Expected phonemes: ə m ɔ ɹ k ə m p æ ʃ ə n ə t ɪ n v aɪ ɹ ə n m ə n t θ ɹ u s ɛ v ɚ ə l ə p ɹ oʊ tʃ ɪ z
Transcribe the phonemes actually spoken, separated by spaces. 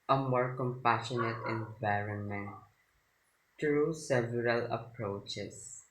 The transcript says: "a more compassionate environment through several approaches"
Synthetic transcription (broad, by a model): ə m ɔ ɹ k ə m p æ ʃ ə n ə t ɪ n v aɪ ɹ ə n m ə n t t ɹ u s ɛ v ɚ ə l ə p ɹ oʊ tʃ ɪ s